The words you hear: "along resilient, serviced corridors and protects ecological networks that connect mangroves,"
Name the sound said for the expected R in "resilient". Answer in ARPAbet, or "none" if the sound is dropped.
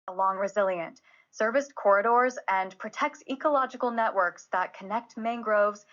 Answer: R